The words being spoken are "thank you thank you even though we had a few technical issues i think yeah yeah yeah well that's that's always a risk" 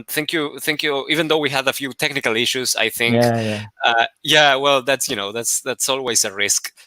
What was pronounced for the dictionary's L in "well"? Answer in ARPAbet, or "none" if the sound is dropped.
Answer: N